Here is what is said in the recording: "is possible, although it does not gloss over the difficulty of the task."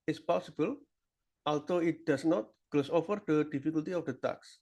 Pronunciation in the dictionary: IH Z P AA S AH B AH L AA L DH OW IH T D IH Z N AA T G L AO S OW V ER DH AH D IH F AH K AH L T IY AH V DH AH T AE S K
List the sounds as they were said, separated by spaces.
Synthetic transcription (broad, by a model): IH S P AA S AH B AH L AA L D OW IH T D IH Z N AA T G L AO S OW F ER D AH D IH F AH K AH L T IY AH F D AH T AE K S